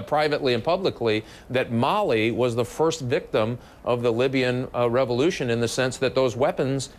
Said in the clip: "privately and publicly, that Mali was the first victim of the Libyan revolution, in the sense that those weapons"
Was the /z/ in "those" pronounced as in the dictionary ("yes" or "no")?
yes